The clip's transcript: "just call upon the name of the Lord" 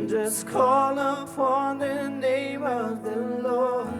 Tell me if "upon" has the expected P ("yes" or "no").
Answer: no